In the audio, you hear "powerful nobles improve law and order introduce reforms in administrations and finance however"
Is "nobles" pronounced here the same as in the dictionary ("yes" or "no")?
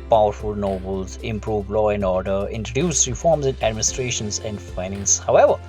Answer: yes